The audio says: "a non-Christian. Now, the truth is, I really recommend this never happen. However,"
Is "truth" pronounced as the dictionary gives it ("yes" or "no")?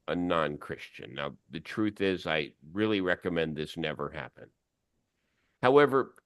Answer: yes